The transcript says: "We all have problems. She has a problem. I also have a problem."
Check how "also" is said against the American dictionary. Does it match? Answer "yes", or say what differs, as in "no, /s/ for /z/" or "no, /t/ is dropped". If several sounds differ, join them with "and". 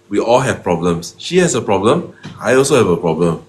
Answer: yes